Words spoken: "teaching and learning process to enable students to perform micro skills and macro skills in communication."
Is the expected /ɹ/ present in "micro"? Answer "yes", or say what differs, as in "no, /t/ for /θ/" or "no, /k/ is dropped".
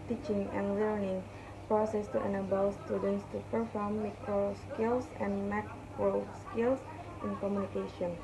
no, /ɹ/ is dropped